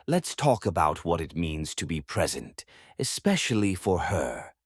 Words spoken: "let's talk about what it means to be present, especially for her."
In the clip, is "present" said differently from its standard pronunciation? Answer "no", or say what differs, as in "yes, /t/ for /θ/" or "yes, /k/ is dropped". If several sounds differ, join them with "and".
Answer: no